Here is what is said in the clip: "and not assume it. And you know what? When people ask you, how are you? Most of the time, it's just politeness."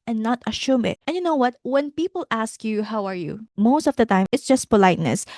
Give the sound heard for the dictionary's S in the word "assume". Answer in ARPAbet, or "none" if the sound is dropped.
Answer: SH